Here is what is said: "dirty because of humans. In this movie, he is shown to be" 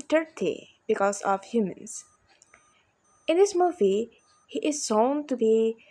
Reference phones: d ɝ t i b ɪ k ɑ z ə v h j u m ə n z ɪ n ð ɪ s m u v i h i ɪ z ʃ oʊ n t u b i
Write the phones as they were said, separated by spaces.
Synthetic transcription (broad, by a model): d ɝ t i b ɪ k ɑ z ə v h j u m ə n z ɪ n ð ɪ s m u v i h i ɪ z s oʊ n t u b i